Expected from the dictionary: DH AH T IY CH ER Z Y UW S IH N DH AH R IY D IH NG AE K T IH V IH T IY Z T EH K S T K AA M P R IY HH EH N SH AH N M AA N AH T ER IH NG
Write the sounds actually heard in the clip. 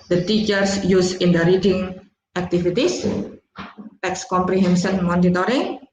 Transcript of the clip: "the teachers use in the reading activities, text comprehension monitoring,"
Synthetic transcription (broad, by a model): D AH T IY CH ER S Y UW S IH N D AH R IY D IH NG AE K T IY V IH T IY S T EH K S K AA M P R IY HH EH N S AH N M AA N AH T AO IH NG